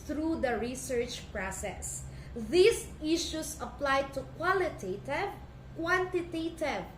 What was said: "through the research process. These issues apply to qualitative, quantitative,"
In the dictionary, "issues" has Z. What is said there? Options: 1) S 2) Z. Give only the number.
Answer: 1